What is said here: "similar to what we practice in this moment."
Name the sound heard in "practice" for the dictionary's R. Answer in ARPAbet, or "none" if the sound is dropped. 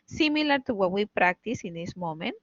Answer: R